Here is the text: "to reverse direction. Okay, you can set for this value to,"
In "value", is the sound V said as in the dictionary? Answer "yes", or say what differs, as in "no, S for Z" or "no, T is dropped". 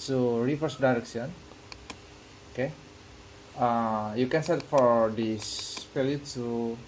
no, P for V